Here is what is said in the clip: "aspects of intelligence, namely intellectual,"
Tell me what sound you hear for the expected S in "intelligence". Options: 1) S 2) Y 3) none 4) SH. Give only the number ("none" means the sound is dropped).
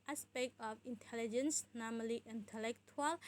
1